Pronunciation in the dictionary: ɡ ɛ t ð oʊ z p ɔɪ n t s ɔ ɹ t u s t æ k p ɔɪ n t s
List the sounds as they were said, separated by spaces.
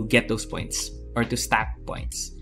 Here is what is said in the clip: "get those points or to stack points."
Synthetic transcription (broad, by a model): ɡ ɛ t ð oʊ s p ɔɪ n t s ɔ ɹ t u s t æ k p ɔɪ n t s